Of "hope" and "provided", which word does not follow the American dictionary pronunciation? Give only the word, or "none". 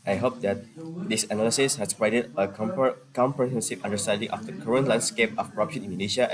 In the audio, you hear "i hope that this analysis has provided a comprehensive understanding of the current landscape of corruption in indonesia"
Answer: provided